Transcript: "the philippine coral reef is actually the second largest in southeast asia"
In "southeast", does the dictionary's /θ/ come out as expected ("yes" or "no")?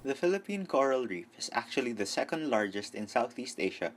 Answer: yes